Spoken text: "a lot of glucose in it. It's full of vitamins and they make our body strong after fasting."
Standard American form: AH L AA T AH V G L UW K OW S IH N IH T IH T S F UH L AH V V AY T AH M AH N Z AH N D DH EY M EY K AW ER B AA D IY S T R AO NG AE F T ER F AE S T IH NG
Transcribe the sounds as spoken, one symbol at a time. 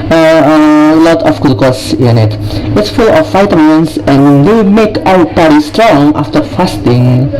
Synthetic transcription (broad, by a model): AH L AA T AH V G UW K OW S IH N IH T IH T S F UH L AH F AY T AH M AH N S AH N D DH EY M EY K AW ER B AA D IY S T R AO NG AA F T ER F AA S T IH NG